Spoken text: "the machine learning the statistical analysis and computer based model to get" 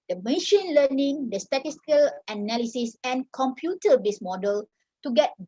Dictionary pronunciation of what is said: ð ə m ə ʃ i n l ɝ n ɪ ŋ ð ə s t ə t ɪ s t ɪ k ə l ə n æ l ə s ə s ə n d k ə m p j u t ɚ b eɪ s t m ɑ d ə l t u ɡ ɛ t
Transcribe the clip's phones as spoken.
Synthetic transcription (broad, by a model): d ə m ə ʃ i n l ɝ n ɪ ŋ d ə s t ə t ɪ s t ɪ k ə l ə n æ l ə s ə s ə n k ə m p j u t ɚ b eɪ s m ɑ d ə l t u ɡ ɛ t